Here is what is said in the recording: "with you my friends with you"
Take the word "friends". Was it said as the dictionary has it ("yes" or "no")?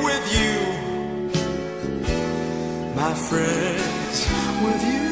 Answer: yes